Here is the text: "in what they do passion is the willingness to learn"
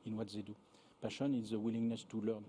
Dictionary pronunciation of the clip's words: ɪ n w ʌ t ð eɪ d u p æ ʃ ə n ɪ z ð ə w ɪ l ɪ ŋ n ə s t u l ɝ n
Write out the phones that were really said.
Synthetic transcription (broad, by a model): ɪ n w ʌ t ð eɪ d u p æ ʃ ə n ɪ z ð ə w ɪ l ɪ ŋ n ə s t u l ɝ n